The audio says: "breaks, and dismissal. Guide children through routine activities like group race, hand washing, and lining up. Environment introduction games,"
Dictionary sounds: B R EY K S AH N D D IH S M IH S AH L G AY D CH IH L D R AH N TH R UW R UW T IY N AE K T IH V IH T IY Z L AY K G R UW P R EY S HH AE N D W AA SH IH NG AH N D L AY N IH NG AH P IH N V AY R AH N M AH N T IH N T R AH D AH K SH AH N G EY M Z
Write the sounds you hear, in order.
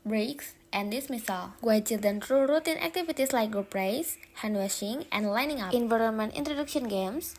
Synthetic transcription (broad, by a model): B R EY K S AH N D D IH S M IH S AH L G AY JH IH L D AH N T R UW R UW T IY N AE K T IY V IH T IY S L AY K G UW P R EY S HH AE N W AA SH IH NG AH N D L AY N IH NG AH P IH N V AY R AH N M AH N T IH N T R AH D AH K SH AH N G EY M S